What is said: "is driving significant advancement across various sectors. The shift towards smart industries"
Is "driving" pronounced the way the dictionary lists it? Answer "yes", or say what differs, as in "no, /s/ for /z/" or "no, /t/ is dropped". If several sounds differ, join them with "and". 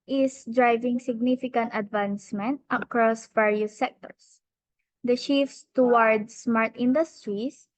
yes